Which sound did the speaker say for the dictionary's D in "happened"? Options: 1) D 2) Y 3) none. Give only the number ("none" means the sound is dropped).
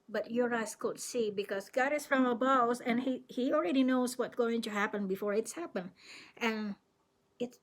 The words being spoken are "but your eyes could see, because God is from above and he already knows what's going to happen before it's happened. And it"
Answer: 3